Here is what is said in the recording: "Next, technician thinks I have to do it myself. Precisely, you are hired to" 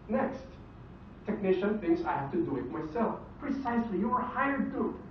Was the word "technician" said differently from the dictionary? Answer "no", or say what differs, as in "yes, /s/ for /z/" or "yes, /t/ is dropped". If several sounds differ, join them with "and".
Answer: no